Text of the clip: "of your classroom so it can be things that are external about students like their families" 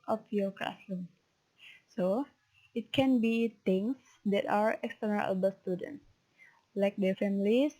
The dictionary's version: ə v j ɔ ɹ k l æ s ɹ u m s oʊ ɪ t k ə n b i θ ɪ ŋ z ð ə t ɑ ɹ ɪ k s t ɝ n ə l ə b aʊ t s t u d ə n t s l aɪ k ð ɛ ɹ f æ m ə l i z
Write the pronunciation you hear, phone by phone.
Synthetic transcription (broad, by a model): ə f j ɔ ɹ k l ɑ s l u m s oʊ ɪ t k ə n b i t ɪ ŋ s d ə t ɑ ɹ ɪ k s t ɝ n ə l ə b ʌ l s t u d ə n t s l aɪ k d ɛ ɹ f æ m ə l i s